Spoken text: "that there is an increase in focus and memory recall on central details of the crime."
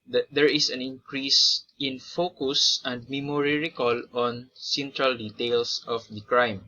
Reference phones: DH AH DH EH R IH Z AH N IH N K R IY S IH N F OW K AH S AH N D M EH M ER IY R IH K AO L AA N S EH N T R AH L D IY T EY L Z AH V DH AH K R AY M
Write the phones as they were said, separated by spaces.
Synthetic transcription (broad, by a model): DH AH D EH R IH S AH N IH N K R IY S IH N F OW K AH S AH N D M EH M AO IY R IH K AO L AA N S EH N T R AH L D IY T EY L S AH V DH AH K R AY M